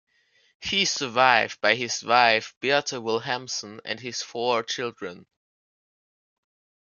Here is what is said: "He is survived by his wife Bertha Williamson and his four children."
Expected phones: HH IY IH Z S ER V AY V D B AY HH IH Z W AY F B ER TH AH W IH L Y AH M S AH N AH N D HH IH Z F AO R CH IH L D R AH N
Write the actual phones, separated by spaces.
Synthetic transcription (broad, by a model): HH IY S ER V AY V D B AY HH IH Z W AY F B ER T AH W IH L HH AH M S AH N AH N D HH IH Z F AO R CH IH L D R AH N